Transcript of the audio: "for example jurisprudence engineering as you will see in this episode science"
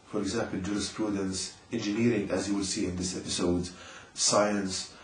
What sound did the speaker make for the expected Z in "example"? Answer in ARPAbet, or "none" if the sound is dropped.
Z